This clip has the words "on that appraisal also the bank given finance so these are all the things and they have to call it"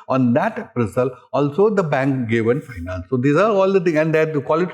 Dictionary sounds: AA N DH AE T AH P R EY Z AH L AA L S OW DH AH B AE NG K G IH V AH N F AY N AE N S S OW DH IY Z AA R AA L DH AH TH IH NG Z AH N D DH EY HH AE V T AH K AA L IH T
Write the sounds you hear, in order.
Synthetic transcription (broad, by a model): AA N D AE T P R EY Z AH L AA L S OW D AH B AE NG K G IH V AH N F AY N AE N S S OW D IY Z AA R AA L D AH T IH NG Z AH N D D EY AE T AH K AA L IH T